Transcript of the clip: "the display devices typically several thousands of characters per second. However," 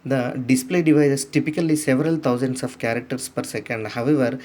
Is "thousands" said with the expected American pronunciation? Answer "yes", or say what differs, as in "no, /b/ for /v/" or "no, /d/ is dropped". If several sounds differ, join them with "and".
no, /t/ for /θ/ and /s/ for /z/